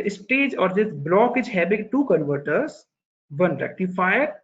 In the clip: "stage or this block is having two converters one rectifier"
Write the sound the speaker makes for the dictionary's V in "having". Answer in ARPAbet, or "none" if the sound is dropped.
B